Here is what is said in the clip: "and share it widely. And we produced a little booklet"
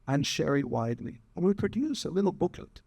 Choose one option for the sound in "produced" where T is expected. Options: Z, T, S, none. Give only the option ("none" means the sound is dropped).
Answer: none